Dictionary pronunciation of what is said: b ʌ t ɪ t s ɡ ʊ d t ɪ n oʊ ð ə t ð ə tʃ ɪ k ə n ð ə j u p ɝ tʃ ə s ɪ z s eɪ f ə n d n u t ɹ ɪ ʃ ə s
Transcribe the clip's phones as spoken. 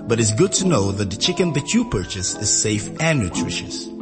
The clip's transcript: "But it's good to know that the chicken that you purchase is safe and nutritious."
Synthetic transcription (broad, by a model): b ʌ t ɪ t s ɡ ʊ d t ɪ n oʊ ð ə t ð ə tʃ ɪ k ə n ð ə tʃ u p ɝ tʃ ə s ɪ z s eɪ f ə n n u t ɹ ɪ ʃ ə s